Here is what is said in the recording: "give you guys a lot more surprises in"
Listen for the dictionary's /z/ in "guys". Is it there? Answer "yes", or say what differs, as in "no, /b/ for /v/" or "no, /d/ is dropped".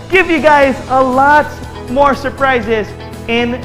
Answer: yes